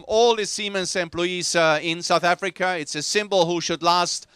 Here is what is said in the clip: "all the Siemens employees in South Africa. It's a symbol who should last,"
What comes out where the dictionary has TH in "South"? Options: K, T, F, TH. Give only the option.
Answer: TH